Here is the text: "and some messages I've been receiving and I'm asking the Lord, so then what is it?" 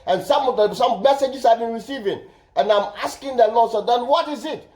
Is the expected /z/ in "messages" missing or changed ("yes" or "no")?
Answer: yes